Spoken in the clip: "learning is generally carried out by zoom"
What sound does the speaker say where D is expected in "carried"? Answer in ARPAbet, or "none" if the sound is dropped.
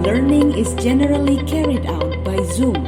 D